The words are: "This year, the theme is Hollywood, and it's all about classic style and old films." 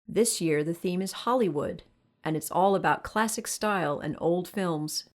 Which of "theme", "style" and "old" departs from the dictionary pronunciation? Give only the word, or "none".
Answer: none